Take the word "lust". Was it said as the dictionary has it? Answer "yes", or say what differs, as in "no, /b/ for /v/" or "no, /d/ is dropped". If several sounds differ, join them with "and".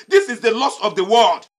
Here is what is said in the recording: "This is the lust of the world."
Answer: no, /t/ is dropped